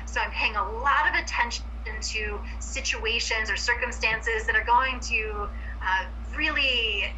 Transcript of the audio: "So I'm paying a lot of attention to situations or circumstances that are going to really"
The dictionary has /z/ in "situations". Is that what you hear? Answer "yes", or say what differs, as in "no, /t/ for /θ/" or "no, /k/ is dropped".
yes